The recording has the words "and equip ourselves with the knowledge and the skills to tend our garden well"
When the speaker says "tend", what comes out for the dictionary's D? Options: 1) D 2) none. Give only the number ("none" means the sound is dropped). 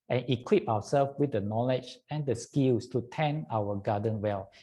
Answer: 2